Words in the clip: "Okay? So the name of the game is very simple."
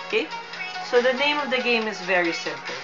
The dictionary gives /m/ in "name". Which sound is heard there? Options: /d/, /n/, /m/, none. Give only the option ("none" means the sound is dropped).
/m/